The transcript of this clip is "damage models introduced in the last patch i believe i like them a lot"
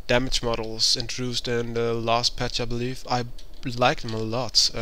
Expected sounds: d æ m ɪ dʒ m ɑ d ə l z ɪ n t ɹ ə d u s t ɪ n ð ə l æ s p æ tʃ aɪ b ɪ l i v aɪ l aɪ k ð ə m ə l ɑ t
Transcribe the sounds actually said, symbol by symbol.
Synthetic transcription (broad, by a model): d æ m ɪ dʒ m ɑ d l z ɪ n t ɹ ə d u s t ɪ n ð ə l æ s p æ tʃ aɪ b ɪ l i f aɪ l aɪ k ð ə m ə l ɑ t